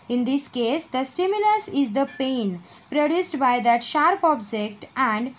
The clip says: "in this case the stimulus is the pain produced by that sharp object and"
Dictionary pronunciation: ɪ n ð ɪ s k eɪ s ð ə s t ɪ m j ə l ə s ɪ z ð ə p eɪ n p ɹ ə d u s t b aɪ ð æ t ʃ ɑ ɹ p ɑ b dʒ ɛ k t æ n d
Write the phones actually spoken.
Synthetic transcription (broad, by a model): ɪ n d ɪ s k eɪ s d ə s t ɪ m j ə l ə s ɪ z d ə p eɪ n p ɹ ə d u s t b aɪ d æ t ʃ ɑ ɹ p ɑ b dʒ ɛ k t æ n d